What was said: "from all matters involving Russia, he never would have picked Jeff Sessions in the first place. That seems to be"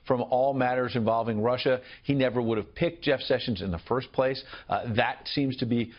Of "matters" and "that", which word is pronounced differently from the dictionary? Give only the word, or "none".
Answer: none